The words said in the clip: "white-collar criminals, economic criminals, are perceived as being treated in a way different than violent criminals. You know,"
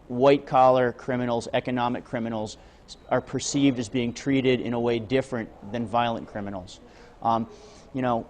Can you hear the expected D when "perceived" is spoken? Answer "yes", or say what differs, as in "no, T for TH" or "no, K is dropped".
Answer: yes